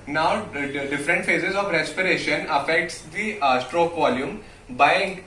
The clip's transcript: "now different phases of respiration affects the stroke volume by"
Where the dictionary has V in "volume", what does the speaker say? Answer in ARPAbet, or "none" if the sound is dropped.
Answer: V